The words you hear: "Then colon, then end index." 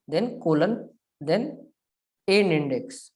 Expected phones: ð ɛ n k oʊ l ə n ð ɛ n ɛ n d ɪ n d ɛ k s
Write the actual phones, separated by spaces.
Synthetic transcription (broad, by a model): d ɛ n k oʊ l ə n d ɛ n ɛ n ɪ n d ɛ k s